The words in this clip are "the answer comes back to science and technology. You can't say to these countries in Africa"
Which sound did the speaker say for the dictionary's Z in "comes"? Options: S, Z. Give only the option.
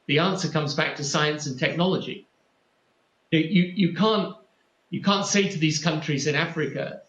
Z